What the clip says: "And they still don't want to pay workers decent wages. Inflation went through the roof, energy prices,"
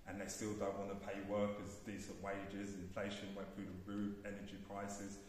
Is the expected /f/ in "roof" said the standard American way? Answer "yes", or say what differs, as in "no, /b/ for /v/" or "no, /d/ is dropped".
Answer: no, /f/ is dropped